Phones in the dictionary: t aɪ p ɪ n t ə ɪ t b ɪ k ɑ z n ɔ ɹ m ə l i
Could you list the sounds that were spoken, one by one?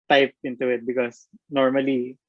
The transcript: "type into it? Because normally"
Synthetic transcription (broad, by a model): t aɪ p ɪ n t ə ɪ t b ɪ k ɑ s n ɔ ɹ m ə l i